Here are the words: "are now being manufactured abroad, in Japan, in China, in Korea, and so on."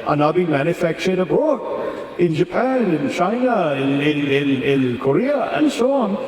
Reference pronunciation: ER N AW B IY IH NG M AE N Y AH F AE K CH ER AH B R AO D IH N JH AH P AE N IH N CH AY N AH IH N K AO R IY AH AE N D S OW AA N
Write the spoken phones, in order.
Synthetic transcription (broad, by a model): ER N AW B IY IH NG M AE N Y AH F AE K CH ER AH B AO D IH N JH AH P AE N IH N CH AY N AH IH N K AO R IY AH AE N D S OW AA N